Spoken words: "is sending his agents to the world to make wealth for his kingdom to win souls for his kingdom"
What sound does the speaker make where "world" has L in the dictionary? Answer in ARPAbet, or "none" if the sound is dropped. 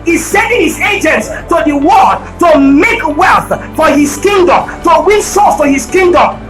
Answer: none